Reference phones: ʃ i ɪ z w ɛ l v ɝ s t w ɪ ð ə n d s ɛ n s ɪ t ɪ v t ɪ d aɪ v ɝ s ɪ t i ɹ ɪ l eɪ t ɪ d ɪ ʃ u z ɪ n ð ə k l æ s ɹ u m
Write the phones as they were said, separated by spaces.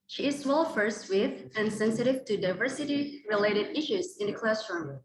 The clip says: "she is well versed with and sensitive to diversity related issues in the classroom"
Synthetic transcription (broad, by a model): ʃ i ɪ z w ɛ l f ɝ s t w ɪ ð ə n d s ɛ n s ɪ t ɪ v t ɪ d aɪ v ɝ s ɪ t i ɹ ɪ l eɪ t ɪ d ɪ ʃ u z ɪ n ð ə k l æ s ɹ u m